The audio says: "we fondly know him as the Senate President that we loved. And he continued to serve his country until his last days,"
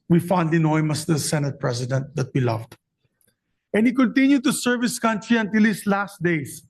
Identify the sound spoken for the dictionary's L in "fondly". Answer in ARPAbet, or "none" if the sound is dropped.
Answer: none